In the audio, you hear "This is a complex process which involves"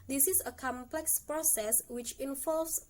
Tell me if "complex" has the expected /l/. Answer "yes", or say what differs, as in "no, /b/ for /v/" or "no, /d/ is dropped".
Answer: yes